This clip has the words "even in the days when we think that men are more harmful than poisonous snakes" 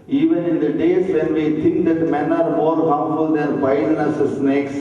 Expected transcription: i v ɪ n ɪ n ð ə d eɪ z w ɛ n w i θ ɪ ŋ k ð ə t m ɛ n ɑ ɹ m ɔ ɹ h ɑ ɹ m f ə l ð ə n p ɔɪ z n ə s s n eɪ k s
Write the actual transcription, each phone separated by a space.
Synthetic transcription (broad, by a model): i v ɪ n ɪ n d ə d eɪ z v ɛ n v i t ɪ ŋ k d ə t m ɛ n ɑ ɹ m ɔ ɹ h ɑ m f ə l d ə n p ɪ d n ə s s n eɪ k s